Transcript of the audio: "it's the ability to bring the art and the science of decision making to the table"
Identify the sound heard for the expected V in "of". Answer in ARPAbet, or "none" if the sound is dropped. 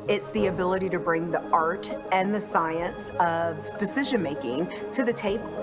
V